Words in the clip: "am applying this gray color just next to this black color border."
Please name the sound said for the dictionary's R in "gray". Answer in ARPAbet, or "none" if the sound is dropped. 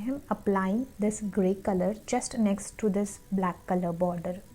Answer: R